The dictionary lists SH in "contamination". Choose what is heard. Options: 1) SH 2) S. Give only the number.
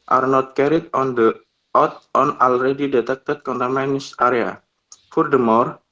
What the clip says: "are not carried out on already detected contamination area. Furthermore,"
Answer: 2